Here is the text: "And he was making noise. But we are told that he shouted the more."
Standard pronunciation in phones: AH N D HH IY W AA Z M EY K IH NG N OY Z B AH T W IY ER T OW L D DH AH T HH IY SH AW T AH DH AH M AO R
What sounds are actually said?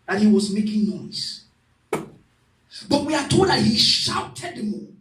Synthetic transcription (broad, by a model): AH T HH IY W AA Z M EY K IH NG N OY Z B AH T W IY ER T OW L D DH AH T HH IY SH AW T AH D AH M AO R